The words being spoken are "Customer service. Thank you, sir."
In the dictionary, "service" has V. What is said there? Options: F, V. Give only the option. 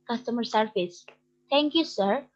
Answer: F